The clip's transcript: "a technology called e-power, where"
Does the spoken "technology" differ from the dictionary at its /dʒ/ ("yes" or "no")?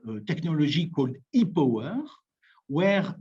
yes